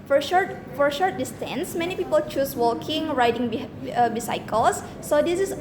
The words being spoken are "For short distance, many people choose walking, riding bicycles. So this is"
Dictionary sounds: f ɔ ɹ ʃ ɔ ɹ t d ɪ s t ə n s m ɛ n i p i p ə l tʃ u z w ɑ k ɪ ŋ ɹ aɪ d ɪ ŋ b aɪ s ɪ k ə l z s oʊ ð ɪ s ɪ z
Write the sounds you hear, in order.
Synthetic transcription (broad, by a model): f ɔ ɹ ʃ ɔ ɹ t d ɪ s t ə n s m ɛ n i p i p ə l tʃ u s w ɑ k ɪ ŋ ɹ aɪ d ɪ ŋ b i s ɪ k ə l s oʊ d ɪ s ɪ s